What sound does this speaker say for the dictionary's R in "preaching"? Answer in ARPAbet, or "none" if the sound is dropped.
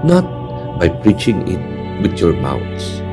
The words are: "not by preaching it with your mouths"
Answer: R